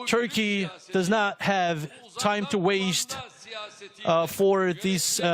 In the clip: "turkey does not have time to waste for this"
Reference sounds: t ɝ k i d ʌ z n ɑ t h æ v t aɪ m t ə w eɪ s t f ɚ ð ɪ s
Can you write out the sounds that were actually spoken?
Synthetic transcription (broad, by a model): t ɝ k i d ʌ z n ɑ t h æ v t aɪ m t ə w eɪ s t f ɚ ð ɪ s